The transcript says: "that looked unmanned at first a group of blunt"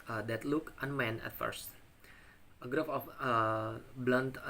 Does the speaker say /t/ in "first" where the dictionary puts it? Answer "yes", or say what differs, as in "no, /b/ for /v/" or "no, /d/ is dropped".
yes